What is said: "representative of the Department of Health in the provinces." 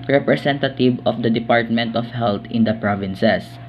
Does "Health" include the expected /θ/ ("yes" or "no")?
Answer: no